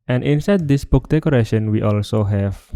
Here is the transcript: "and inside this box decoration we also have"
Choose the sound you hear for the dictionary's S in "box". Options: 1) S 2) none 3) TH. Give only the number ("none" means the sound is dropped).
2